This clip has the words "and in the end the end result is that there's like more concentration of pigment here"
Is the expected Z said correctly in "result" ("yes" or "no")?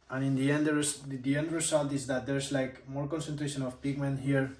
no